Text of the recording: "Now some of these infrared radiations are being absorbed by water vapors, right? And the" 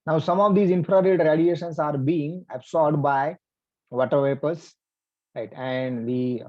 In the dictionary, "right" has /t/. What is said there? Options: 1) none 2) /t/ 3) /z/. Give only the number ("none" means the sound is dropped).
2